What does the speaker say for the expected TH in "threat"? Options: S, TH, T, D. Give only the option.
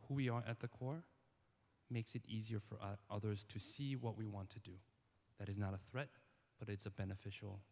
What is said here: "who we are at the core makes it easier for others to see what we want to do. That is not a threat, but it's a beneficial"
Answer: TH